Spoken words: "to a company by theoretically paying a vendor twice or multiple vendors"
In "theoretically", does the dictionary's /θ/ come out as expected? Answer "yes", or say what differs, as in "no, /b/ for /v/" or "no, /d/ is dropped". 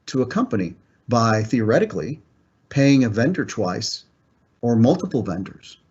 yes